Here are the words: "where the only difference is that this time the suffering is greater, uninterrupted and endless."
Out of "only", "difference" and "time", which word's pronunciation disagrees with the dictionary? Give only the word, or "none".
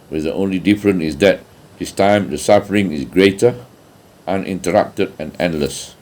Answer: difference